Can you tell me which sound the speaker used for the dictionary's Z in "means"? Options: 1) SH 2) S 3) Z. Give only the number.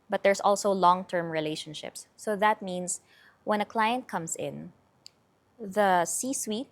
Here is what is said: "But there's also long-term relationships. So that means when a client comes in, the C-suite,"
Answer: 2